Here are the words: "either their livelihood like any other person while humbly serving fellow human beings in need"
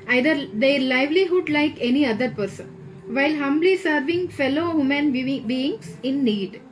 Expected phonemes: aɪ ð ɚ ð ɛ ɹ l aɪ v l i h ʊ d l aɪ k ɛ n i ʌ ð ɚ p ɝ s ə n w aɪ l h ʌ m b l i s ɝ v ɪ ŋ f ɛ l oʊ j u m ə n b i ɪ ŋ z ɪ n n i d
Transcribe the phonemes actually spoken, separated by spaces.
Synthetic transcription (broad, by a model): aɪ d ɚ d ɛ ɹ l aɪ v l i h ʊ d l aɪ k ɛ n i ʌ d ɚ p ɝ s ə n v aɪ l h ʌ m b l i s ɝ v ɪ ŋ f ɛ l oʊ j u m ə n b i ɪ ŋ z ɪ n n i d